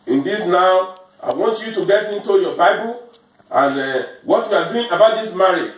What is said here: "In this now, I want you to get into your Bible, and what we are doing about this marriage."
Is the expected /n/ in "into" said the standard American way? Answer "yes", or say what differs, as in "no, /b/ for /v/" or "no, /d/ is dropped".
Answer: yes